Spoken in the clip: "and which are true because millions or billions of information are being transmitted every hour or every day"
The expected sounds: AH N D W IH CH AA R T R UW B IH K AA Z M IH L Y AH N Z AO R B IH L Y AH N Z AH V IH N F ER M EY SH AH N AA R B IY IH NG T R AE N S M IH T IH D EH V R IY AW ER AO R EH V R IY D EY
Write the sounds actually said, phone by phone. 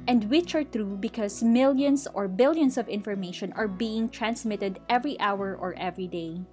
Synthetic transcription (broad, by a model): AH N D W IH CH AA R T R UW B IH K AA S M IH L Y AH N S AO R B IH L Y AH N S AH V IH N F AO M EY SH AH N AA R B IY IH NG T R AE N S M IH T IH D EH V R IY AW ER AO R EH V R IY D EY